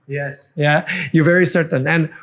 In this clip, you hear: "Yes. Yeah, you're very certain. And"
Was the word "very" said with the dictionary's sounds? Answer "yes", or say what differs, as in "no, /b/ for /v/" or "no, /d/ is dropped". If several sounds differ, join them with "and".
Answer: yes